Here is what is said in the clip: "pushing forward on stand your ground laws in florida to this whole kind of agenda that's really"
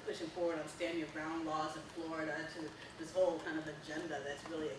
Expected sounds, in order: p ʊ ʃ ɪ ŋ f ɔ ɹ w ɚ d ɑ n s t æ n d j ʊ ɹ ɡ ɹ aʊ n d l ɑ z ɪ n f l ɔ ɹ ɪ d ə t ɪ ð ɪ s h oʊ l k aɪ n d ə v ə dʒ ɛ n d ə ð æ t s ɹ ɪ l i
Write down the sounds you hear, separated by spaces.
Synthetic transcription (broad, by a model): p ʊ ʃ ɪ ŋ f ɔ ɹ w ɚ d n s t æ n d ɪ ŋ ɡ ɹ aʊ n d l ɑ z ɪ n f l ɔ ɹ ɪ d ə t ɪ ð ɪ s h oʊ l k aɪ n d ə v ə dʒ ɛ n d ə ð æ t s ɹ ɪ l i